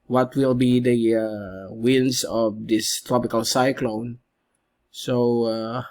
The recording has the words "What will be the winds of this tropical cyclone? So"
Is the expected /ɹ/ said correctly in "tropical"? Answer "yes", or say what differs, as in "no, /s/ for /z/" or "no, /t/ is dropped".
yes